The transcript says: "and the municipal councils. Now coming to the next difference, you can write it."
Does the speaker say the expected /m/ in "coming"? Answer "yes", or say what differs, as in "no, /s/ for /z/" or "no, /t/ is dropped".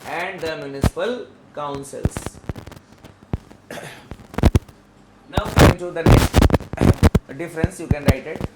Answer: no, /m/ is dropped